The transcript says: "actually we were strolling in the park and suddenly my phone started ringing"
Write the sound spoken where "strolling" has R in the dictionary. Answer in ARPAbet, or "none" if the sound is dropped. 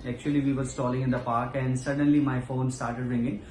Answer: none